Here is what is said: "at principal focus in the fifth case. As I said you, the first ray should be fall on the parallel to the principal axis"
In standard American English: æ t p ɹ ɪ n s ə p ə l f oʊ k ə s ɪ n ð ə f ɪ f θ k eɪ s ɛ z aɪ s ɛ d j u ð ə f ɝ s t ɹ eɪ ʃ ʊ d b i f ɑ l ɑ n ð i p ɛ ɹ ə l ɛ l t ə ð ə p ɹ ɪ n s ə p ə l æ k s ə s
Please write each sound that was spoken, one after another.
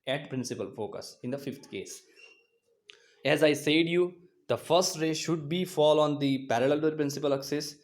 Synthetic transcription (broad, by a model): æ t p ɹ ɪ n s ə p ə l f oʊ k ə s ɪ n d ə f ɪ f t k eɪ s ɛ z aɪ s ɛ d j u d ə f ɝ s t ɹ eɪ ʃ ʊ d b i f ɑ l ɑ n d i p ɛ ɹ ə l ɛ l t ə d p ɹ ɪ n s ə p ə l k s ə s